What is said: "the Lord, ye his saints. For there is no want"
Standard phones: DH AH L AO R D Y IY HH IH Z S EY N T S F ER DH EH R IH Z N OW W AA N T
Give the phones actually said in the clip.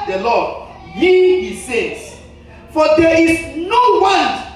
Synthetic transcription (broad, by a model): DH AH L AO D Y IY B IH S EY T F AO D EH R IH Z N OW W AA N